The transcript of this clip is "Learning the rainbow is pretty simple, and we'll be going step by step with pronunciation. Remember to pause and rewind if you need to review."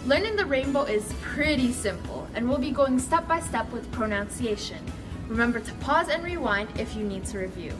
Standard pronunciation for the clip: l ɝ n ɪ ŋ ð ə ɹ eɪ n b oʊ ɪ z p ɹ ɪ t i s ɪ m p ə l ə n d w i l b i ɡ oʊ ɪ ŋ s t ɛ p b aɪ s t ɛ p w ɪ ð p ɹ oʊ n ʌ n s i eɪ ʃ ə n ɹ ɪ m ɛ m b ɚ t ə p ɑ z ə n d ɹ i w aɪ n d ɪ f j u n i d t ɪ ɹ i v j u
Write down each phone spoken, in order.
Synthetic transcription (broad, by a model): l ɝ n ɪ ŋ ð ə ɹ eɪ n b oʊ ɪ z p ɹ ɪ t i s ɪ m p l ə n w i l b i ɡ oʊ ɪ ŋ s t ɛ p b aɪ s t ɛ p w ɪ ð p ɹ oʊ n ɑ n s i eɪ ʃ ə n ɹ ɪ m ɛ m b ɚ t ə p ɑ z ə n ɹ i w aɪ n d ɪ f j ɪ n i d t ɪ ɹ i v j u